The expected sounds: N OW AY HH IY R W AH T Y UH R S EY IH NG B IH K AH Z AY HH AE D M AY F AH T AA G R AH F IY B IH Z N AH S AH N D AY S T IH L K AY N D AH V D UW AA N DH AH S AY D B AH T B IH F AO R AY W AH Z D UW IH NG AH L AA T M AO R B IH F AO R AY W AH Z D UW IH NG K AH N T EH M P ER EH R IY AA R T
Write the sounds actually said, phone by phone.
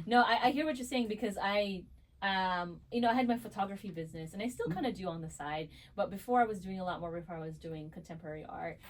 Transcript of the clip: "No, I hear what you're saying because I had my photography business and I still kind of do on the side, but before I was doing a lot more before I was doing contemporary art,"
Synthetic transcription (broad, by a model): N OW AY HH IY R W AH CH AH R S EY IH NG B IH K AH Z AY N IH D M AY F AH T AA G R AH F IY B IH Z N AH S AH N AY S T IH L K AY N D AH D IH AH N DH AH S AY D B AH T B IH F AO R AY W AH Z D UW IH NG AH L AA T M AO R B IH F AO R AY W AH Z D UW IH NG K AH N T EH M P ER EH R IY AA R T